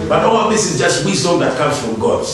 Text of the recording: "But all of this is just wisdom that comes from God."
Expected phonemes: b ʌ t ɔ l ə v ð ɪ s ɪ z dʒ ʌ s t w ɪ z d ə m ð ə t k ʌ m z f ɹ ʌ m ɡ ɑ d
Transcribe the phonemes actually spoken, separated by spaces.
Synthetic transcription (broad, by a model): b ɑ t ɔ w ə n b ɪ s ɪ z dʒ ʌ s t w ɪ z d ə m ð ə t k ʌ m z f ɹ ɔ m ɡ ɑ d